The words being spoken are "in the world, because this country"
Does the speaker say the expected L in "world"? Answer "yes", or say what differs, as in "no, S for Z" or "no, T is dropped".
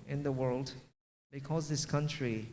yes